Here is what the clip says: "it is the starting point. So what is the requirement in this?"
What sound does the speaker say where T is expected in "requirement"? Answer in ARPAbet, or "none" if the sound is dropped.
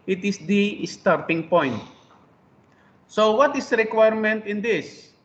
T